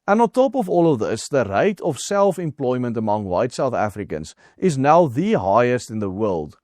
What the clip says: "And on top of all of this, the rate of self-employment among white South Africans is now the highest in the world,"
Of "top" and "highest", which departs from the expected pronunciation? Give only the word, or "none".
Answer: none